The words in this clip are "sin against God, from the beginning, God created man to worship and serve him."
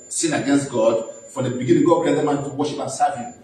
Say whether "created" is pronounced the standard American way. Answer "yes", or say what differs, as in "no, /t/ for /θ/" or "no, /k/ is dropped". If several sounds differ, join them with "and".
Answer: no, /ɹ/ is dropped